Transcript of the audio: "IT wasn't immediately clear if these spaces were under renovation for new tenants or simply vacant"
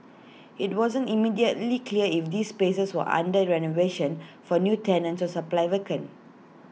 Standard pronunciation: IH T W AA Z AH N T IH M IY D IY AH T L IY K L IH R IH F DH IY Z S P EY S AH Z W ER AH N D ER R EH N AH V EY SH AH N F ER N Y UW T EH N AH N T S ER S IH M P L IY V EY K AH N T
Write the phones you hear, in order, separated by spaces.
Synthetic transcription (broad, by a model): IH T W AA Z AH N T IH M IY D IY AH T L IY K L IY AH IH F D IY S P EY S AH S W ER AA N D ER R EH N AH V EY SH AH N F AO N Y UW T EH N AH N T S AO S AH P L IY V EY K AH N